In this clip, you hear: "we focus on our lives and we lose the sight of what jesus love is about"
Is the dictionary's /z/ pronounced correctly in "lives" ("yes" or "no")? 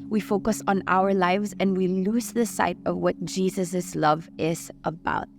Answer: yes